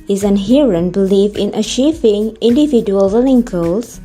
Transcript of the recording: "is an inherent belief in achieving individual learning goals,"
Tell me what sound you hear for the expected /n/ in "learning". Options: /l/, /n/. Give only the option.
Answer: /l/